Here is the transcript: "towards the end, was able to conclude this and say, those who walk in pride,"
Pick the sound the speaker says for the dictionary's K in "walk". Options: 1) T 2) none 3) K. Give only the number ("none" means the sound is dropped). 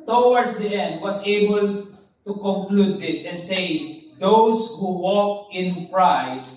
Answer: 3